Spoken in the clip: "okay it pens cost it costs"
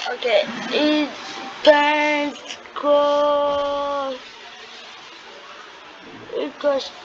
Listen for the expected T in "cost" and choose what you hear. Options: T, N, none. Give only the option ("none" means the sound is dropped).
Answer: none